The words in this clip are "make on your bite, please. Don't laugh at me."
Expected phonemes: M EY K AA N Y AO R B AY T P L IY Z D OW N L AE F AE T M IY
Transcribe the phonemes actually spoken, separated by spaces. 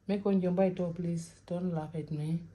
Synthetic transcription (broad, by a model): M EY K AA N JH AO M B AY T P L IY S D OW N L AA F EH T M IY